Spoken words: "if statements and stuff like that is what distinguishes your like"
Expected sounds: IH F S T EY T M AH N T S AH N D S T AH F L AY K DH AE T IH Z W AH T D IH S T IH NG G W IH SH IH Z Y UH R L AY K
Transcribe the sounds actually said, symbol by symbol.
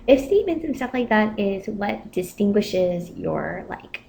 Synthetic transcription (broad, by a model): IH F S T EY T M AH N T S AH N S T AH F L AY K DH AE T IH Z W AH T D IH S T IH NG G W IH SH IH Z Y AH R L AY K